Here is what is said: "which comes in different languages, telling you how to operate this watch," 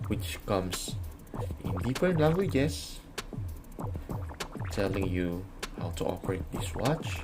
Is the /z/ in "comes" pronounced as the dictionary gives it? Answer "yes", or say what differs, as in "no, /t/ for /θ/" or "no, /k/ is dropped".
no, /s/ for /z/